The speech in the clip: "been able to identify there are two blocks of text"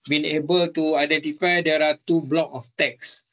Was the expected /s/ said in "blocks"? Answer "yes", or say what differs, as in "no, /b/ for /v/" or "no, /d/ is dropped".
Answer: no, /s/ is dropped